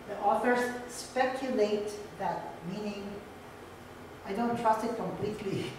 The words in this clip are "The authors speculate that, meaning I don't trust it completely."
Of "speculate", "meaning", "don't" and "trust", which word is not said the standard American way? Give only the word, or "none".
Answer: none